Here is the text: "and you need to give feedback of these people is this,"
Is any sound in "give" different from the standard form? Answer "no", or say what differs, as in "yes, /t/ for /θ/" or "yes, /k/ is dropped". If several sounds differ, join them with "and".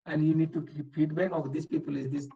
yes, /p/ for /v/